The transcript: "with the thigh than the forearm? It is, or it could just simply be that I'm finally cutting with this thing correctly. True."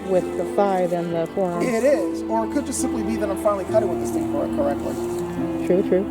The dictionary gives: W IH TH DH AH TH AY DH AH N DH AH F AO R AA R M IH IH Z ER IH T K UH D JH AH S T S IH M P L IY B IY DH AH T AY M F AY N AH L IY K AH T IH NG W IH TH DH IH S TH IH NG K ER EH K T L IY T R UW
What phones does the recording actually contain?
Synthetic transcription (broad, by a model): W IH DH AH F AY DH AH N DH AH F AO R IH R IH IH Z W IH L K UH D JH AH S T S IH M P L IY B IY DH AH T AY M F AY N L IY K AH T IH W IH DH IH S F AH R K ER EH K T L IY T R UW